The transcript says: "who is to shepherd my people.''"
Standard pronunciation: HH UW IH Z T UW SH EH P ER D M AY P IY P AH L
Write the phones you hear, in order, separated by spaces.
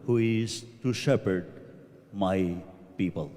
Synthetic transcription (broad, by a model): HH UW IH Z T UW SH EH P ER D M AY P IY P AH L